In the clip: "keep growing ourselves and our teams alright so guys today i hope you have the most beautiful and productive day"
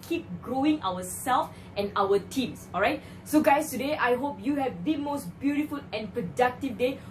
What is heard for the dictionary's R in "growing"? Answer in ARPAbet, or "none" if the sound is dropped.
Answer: R